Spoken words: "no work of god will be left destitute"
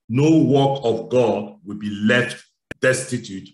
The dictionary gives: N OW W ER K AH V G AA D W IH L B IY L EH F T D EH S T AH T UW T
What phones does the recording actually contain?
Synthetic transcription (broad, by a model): N OW W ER K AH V G AA D W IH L B IY L EH F T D EH S T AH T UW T